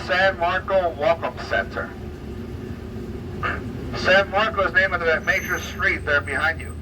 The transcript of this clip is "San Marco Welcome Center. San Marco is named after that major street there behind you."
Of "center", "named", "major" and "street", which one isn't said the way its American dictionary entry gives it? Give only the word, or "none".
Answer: named